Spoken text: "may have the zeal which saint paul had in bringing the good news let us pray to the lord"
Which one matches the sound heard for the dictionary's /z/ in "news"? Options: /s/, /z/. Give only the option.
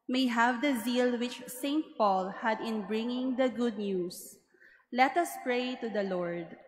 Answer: /s/